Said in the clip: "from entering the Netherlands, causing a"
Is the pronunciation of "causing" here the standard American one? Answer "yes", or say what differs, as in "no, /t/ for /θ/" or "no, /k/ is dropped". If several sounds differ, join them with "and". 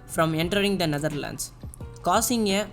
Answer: no, /s/ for /z/